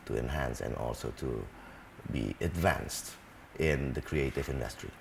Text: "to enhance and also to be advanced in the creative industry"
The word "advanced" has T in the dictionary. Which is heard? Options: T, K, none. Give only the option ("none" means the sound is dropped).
T